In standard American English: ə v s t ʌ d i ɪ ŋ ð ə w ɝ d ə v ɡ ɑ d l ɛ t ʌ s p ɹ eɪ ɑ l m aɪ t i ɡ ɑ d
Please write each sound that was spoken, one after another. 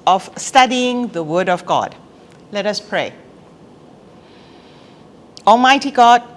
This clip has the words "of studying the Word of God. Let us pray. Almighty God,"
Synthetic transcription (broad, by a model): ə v s t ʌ d i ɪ ŋ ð ə w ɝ d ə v ɡ ɑ d l ɛ t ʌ s p ɹ eɪ ɑ l m aɪ t i ɡ ɑ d